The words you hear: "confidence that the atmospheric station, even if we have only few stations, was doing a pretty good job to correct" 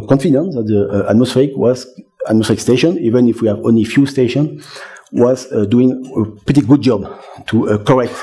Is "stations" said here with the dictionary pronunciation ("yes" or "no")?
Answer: no